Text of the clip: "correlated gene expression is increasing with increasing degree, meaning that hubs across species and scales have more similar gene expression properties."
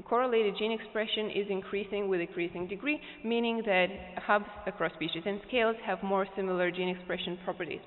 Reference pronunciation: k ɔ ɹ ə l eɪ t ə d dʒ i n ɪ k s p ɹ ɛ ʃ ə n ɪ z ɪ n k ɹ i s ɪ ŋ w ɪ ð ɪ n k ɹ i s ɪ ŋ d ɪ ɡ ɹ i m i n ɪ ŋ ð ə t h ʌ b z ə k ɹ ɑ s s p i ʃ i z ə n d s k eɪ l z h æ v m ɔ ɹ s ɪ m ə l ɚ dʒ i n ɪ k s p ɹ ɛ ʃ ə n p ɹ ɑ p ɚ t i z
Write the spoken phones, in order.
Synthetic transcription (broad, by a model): k ɔ ɹ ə l eɪ t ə d dʒ i n ɪ k s p ɹ ɛ ʃ ə n ɪ z ɪ n k ɹ i s ɪ ŋ w ɪ ð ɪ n k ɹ i s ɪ ŋ d ɪ ɡ ɹ i m i n ɪ ŋ ð ə t h ʌ b z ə k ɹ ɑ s s p i ʃ i z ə n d s k eɪ l z h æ v m ɔ ɹ s ɪ m l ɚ dʒ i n ɪ k s p ɹ ɛ ʃ ə n p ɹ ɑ p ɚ t i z